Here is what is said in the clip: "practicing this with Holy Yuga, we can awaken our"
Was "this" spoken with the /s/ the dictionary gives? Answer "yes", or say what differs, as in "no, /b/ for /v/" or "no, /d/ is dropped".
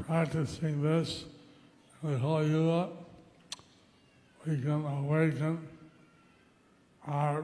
yes